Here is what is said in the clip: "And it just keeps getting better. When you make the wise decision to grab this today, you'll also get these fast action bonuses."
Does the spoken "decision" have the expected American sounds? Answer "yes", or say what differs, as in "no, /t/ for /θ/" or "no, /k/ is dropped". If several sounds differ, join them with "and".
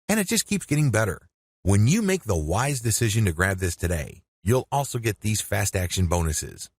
yes